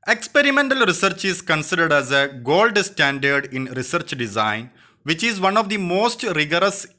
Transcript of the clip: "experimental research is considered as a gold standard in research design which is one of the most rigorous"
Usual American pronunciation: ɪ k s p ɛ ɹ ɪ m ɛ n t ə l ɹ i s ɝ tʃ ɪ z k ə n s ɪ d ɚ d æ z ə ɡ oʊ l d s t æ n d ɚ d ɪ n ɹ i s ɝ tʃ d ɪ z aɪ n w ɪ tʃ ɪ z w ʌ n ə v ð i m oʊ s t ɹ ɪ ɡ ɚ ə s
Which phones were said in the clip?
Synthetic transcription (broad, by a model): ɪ k s p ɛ ɹ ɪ m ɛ n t ə l ɹ i s ɝ tʃ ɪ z k ə n s ɪ d ɚ d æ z ə ɡ oʊ l d s t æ n d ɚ d ɪ n ɹ i s ɝ tʃ d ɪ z aɪ n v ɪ tʃ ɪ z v ʌ n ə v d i m oʊ s t ɹ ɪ ɡ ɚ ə s